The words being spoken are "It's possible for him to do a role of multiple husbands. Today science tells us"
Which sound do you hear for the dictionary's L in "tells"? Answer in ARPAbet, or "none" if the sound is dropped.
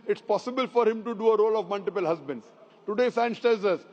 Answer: none